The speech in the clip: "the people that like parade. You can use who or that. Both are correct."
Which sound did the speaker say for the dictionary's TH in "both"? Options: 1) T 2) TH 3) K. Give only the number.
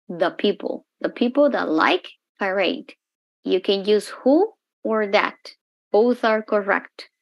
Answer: 2